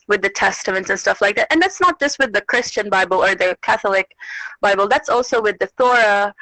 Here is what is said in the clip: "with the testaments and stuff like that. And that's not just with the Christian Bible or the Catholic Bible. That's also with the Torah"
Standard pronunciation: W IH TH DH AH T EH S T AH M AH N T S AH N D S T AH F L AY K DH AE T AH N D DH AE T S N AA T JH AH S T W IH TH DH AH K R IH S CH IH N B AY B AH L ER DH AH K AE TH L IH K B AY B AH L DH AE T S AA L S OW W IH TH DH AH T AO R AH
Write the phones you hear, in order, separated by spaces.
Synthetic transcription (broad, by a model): W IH DH AH T EH S T AH M AH N T S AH N S T AH F L AY K DH AE T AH N DH AE T S N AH T JH AH S T W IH DH AH K R IH S CH IH N B AY B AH L ER DH AH K AE TH L IH K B AY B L DH AE T S AA L S OW W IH DH AH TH AO R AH